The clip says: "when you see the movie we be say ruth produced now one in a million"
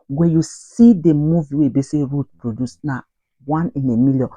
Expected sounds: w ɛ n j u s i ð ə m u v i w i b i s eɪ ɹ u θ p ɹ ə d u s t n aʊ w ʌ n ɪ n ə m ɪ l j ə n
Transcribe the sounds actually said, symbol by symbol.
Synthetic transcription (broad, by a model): w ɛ j u s i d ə m u v i w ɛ b i s eɪ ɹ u t p ɹ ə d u s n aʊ w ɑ n ɪ n ə m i l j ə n